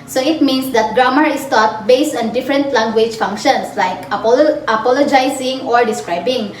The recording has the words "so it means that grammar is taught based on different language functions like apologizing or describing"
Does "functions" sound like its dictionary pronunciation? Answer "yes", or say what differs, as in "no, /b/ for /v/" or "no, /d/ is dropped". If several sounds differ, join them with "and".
no, /s/ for /z/